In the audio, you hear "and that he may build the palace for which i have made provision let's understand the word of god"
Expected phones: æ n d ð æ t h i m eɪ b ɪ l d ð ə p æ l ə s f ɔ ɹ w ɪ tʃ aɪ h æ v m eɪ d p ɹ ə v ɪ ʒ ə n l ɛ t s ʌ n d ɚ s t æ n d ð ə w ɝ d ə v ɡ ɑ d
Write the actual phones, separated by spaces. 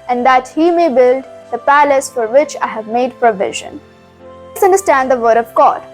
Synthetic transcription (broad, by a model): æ n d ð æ t h i m eɪ b ɪ l d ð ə p æ l ə s f ɔ ɹ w ɪ tʃ aɪ h æ v m eɪ d p ɹ ə v ɪ ʒ ə n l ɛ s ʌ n d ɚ s t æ n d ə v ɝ d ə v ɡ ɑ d